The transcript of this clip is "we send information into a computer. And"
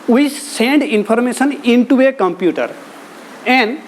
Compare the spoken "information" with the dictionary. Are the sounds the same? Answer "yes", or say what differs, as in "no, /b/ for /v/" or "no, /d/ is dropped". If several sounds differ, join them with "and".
no, /p/ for /f/